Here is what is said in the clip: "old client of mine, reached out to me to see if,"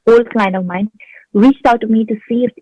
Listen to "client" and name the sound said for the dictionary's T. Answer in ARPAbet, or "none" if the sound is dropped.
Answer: none